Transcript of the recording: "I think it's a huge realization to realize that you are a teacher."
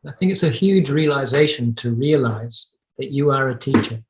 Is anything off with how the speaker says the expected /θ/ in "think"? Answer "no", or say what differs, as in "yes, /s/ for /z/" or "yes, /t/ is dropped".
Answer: no